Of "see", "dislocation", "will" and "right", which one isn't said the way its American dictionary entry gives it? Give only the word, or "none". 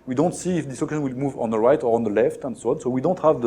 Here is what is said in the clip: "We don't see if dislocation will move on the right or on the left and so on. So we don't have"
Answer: dislocation